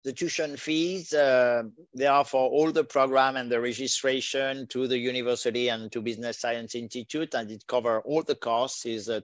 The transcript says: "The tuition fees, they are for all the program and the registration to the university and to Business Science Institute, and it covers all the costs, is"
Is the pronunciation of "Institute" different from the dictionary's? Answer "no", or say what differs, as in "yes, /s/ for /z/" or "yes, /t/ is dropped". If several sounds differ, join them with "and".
no